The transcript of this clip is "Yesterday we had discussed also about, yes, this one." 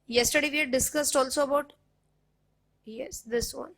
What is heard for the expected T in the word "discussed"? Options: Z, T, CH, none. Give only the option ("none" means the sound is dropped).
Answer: T